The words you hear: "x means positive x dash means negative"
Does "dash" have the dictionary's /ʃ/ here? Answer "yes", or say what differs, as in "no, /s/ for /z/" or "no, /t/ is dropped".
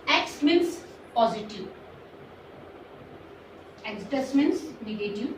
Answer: no, /s/ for /ʃ/